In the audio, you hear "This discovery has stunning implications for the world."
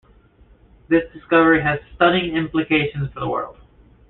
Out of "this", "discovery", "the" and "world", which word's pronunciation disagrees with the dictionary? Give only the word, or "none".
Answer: none